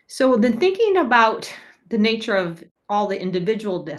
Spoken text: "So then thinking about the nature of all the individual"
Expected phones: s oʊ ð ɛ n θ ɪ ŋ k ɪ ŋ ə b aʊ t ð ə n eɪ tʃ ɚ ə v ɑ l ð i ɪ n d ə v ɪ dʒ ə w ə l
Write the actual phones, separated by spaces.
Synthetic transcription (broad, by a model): s oʊ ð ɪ n θ ɪ ŋ k ɪ ŋ ə b aʊ t ð ə n eɪ tʃ ɚ ə v ɑ l ð i ɪ n d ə v ɪ dʒ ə w l